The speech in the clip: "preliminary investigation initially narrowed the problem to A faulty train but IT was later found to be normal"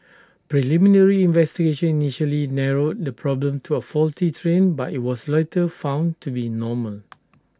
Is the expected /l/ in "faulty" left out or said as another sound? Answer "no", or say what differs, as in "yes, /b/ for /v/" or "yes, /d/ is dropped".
no